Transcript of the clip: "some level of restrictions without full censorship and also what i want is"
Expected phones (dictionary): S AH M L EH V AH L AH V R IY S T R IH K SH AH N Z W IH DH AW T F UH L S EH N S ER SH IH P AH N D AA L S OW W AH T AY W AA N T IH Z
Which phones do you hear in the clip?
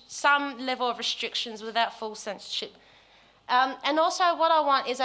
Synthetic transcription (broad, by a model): S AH M L EH V AH L AH V R IY S T R IH K SH AH N Z W IH DH AW T F UH L S EH N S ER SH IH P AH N AA L S OW W AH T AY W AA N T IH Z